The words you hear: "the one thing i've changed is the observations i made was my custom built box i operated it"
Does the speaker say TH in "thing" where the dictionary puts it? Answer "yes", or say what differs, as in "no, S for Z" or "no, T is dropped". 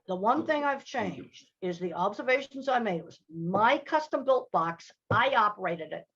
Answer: yes